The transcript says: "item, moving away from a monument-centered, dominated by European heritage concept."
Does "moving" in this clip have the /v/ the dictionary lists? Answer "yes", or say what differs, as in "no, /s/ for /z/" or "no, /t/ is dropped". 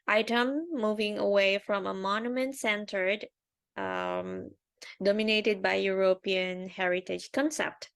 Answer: yes